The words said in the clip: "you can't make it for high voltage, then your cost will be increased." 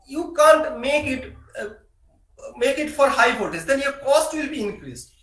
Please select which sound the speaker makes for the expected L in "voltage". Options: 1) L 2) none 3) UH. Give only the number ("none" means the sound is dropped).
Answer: 2